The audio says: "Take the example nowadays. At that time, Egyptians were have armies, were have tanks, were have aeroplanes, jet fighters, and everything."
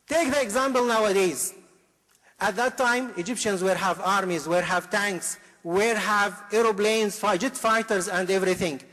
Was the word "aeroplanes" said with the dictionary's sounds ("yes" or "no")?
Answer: no